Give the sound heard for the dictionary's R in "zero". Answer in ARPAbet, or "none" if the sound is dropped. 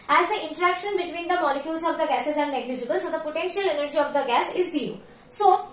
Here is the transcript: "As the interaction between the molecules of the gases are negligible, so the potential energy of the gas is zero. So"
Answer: none